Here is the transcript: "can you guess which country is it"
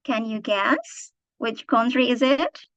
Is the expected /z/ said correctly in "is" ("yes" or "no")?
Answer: yes